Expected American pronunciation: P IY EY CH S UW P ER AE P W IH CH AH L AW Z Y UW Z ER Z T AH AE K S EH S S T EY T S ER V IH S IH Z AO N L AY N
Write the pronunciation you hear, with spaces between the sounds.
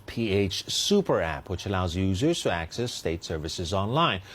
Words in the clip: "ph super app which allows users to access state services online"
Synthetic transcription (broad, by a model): P IY EY CH S UW P ER AE P W IH CH AH L AW Z Y UW Z ER Z T AH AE K S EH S S T EY T S ER V IH S IH Z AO N L AY N